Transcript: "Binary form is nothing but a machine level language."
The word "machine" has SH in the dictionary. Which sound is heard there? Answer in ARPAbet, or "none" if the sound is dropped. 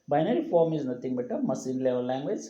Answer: S